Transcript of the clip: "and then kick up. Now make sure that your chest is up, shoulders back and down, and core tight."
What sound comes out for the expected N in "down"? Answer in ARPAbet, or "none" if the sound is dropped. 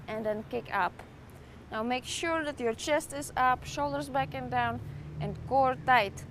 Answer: N